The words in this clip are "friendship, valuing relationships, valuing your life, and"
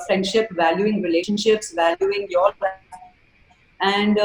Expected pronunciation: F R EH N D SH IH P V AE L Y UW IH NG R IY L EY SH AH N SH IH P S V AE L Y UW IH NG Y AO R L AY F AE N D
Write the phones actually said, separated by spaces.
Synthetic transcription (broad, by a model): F R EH N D SH IH P V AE L Y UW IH NG R IY L EY SH AH N SH IH P S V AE L Y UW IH NG Y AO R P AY AE N D